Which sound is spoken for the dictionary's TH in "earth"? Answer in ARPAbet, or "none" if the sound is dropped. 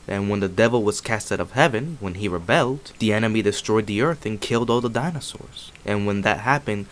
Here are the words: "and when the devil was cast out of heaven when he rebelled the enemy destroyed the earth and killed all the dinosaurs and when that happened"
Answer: TH